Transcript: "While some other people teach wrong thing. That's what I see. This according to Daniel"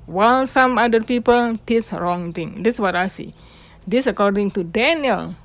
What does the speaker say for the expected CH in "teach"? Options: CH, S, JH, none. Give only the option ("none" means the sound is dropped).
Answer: S